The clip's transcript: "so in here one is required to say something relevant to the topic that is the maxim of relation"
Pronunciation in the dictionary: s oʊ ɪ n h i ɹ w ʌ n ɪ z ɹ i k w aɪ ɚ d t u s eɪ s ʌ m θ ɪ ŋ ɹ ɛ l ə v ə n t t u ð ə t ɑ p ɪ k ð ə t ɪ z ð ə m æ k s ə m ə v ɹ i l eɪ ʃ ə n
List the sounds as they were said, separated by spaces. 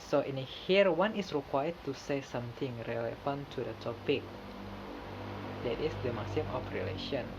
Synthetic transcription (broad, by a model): s oʊ ɪ n h i ɹ w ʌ n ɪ s ɹ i k w aɪ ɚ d t u s eɪ s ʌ m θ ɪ ŋ ɹ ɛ l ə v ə n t t u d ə t ɑ p ɪ k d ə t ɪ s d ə m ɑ s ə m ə f ɹ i l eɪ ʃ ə n